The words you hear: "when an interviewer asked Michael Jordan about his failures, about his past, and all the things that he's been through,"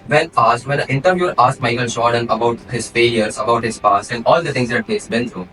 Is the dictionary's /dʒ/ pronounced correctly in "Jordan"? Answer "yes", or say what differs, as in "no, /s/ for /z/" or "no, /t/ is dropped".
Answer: no, /ʃ/ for /dʒ/